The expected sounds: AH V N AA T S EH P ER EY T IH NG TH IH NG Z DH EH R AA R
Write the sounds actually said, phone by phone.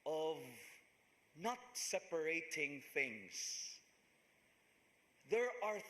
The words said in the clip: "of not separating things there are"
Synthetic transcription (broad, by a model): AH V N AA T S EH P ER EY T IH NG TH IH NG Z DH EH R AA R